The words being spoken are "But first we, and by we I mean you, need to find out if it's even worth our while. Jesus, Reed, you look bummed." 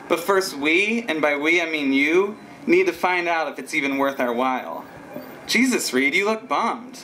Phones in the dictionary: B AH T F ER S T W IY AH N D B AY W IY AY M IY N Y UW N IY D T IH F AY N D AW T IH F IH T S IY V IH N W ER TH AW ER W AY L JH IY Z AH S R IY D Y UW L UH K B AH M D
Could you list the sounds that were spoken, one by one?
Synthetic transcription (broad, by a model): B AH T F ER S T W IY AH N B AY W IY AY M IY N Y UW N IY D T IH F AY N D AW T IH F IH T S IY V IH N W ER TH AW ER W AY L JH IY Z AH S R IY D Y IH L UH K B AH M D